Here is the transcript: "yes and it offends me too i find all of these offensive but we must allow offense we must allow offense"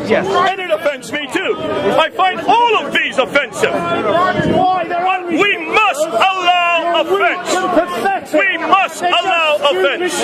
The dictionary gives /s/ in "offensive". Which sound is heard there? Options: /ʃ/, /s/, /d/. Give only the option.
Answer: /s/